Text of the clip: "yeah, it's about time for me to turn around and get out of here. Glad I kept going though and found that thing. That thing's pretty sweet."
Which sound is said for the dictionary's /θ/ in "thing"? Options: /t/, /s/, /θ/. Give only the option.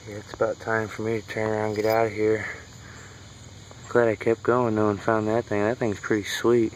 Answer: /θ/